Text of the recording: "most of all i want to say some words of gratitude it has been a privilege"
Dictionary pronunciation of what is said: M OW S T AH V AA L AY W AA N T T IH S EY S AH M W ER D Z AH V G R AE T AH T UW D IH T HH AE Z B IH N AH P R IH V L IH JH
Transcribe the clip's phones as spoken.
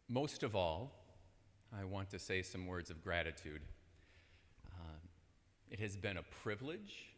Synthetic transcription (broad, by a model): M OW S T AH V AA L AY W AA N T T IH S EY S AH M W ER D Z AH V G R AE T AH T UW D IH T HH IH Z B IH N AH P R IH V L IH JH